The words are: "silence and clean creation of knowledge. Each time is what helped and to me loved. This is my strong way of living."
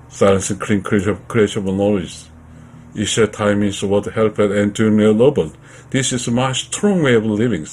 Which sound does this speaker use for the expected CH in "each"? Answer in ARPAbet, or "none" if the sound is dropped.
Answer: SH